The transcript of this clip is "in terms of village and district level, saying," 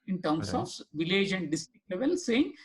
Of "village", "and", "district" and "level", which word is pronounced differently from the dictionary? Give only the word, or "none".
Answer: none